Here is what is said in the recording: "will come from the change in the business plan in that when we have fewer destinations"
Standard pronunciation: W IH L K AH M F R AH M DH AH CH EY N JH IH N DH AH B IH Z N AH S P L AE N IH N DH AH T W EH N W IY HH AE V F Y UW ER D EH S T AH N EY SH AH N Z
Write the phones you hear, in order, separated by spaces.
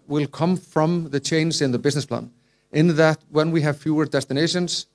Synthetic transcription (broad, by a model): W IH L K AH M F R AH M DH AH CH EY N Z IH N DH AH B IH Z N AH S P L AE N IH N DH AH T W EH N W IY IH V F Y UW ER D EH S T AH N EY SH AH N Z